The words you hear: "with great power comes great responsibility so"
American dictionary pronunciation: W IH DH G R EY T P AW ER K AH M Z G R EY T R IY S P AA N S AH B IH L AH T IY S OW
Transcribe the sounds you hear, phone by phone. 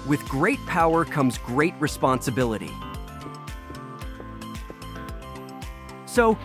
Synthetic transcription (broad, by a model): W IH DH G R EY T P AW ER K AH M Z G R EY T R IY S P AA N S AH B IH L AH T IY S OW